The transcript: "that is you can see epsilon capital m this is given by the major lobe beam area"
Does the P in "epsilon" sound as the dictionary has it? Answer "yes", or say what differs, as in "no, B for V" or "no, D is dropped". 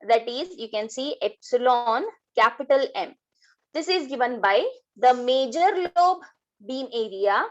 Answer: yes